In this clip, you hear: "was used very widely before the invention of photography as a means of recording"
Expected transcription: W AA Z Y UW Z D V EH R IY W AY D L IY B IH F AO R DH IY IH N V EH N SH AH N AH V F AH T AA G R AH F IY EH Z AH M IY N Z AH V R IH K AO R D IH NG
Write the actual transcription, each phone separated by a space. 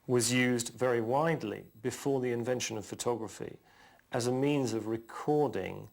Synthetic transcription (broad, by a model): W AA Z Y UW Z D V EH R IY W AY D L IY B IH F AO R DH IY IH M V EH N SH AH N AH V F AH T AA G R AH F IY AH Z AH M IY N Z AH V R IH K AO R D IH NG